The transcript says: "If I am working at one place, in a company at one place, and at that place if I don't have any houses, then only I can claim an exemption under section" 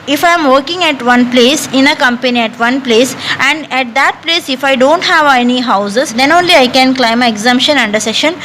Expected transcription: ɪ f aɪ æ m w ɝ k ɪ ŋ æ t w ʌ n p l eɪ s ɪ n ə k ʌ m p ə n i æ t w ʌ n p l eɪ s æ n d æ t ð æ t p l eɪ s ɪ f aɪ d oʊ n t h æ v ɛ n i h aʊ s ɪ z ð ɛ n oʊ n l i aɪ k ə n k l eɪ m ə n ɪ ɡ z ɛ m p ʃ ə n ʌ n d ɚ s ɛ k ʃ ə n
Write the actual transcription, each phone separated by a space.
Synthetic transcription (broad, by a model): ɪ f aɪ m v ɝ k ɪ ŋ æ t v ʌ n p l eɪ s ɪ n ə k ʌ m p ə n i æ t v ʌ n p l eɪ s æ n d æ t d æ t p l eɪ s ɪ f aɪ d oʊ n t h æ v ɛ n i h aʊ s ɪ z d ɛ n oʊ n l i aɪ k ə n k l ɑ ə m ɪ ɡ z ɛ m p ʃ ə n ʌ n d ɚ s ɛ ʃ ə n